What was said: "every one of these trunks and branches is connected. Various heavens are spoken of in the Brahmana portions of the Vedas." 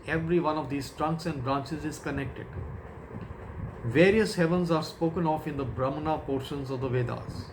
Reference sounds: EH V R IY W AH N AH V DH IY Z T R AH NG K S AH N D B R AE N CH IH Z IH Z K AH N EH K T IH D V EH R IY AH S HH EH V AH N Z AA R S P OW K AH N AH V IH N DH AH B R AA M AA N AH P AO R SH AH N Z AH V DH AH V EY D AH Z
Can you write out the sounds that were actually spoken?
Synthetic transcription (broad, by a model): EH V R IY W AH N AH V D IY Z T R AH NG K S AH N D B R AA N CH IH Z IH Z K AH N EH K T IH D V EH R IY AH S HH EH V AH N Z AA R S P OW K AH N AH F IH N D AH B R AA M N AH P AO R SH AH N Z AH V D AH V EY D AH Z